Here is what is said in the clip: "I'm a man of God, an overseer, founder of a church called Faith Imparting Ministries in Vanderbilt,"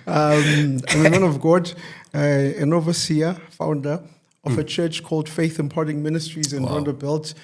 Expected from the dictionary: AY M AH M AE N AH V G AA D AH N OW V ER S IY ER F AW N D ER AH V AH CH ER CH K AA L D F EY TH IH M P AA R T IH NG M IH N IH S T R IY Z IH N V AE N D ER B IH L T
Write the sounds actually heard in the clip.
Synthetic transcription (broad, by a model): AY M AH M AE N AH V G AA D AH N OW V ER S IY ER F AW N D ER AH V AH CH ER CH K AA L D F EY TH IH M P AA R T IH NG M IH N IH S T R IY Z IH N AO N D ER B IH L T